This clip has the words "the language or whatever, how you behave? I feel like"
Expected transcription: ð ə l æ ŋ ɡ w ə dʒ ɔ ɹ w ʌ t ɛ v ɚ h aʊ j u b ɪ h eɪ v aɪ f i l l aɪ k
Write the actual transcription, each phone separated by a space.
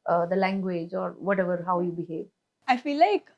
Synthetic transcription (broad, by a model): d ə l æ ŋ ɡ w ə dʒ ɔ ɹ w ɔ t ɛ v ɚ h aʊ j u b ɪ h eɪ v aɪ f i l l aɪ k